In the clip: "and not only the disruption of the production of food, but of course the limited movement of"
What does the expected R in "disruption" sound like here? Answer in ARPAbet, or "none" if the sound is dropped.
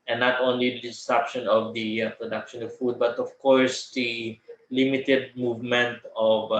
none